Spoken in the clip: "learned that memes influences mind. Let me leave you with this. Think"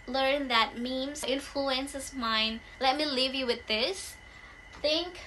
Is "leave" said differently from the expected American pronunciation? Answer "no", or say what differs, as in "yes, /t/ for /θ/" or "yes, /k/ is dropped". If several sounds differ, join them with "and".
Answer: no